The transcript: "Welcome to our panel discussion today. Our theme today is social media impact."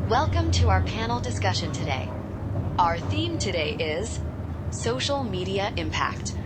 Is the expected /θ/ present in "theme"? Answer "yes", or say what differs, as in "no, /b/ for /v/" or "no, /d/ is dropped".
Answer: yes